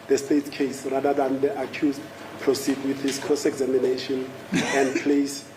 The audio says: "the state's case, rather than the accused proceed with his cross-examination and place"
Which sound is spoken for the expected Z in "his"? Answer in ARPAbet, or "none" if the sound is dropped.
S